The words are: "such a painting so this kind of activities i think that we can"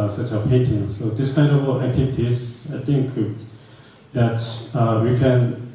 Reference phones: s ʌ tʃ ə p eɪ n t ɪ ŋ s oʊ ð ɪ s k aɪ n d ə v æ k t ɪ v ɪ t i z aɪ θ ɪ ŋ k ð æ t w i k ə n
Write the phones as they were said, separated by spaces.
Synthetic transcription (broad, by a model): s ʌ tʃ ə p eɪ n t ɪ ŋ s oʊ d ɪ s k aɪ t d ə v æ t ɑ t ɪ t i s aɪ t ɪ ŋ k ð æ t w i k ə n